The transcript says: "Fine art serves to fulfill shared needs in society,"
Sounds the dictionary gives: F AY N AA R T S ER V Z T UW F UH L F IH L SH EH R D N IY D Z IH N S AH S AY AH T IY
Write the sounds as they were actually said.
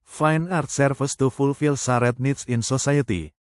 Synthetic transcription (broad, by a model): F AY N AA R T S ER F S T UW F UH L F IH L S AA R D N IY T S IH N S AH S AY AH T IY